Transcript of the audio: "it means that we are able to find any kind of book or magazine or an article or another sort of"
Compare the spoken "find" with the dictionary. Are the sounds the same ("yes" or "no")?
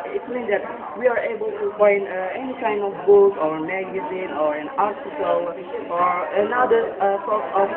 no